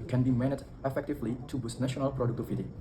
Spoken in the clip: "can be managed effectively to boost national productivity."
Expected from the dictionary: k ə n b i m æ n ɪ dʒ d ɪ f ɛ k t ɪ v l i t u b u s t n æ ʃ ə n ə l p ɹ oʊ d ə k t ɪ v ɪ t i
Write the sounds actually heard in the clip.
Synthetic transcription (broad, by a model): k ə n b i m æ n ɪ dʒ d ɪ f ɛ k t ɪ v l i t u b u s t n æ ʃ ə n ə l p ɹ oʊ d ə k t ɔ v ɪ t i